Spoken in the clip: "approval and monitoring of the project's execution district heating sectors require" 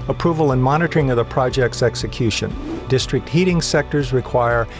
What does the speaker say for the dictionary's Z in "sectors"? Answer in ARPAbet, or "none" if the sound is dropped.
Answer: Z